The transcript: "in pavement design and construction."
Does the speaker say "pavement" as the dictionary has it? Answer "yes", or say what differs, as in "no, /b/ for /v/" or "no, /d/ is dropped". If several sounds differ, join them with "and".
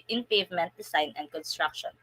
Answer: yes